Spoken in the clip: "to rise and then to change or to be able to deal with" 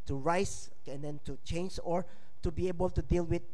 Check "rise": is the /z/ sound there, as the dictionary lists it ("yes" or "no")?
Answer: no